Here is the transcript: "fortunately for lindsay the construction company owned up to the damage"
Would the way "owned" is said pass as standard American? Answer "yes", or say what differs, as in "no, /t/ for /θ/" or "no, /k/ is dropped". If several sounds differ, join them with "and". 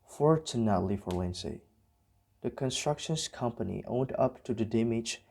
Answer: yes